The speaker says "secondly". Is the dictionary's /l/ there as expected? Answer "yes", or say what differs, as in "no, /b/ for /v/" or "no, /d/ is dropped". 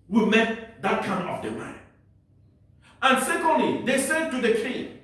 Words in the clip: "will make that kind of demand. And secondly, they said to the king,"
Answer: yes